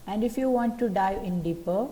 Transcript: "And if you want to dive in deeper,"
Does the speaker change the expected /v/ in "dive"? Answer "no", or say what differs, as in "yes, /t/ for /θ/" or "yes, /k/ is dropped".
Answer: yes, /v/ is dropped